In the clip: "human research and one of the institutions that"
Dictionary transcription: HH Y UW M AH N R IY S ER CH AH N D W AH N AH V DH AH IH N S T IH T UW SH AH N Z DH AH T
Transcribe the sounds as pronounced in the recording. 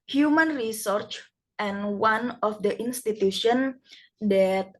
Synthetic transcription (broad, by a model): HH Y UW M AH N R IY S ER CH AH N W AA N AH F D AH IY N S T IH T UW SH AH N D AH T